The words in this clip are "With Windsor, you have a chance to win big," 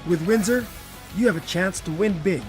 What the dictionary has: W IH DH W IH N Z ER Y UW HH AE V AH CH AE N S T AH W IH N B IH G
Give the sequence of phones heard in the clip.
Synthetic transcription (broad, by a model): W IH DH W IH N Z ER Y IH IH V AH CH AE N S T AH W IH N B IH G